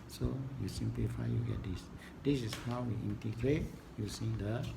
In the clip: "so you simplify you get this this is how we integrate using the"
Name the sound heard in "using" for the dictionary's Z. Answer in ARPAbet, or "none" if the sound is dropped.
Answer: S